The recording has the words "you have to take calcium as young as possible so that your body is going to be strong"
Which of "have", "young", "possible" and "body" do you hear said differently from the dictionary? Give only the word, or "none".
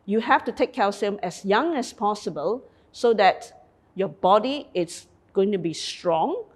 have